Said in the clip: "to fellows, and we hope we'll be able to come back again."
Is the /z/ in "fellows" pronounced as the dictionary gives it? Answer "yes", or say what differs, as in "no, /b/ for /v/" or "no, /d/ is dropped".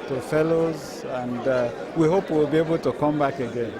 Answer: yes